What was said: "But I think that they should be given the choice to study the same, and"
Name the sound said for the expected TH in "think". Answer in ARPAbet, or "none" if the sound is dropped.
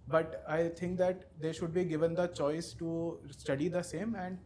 T